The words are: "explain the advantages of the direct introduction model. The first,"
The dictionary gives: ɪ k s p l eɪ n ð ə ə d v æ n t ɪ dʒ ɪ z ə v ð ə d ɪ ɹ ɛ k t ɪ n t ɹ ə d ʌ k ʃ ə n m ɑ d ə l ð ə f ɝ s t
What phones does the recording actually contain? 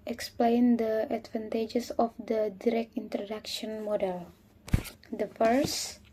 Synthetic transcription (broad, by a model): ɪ k s p l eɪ n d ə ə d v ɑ n t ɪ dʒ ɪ s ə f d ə d ɪ ɹ ɛ k t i n t ɹ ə d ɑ k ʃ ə n m ɑ d ə l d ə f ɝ s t